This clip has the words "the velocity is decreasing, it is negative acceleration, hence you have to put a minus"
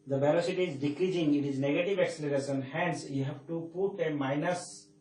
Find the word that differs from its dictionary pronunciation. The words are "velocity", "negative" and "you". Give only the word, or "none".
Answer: velocity